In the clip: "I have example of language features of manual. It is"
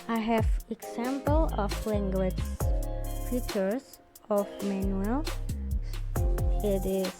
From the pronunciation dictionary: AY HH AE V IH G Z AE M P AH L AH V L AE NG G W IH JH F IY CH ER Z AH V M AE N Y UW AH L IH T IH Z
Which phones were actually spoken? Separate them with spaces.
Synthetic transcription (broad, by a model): AY HH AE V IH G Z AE M P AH L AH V L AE NG G W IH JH P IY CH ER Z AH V M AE N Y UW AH L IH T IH